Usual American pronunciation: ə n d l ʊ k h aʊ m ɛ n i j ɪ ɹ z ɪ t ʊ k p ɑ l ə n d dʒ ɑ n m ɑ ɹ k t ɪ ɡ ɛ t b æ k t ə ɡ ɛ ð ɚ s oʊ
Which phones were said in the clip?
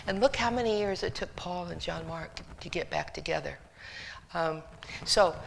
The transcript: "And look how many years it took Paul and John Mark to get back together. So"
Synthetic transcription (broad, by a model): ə n l ʊ k h aʊ m ɛ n i j ɪ ɹ z ɪ t ʊ k p ɑ l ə n dʒ ɑ n m ɑ ɹ k t ɪ ɡ ɛ t b æ k t ə ɡ ɛ ð ɚ s oʊ